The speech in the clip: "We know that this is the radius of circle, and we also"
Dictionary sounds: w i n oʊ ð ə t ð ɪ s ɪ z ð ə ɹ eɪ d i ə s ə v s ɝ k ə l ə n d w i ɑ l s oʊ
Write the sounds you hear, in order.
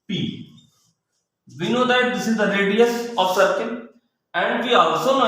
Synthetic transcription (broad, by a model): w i n oʊ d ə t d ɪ s ɪ z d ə ɹ eɪ d i ə s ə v s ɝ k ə n ə n d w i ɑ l s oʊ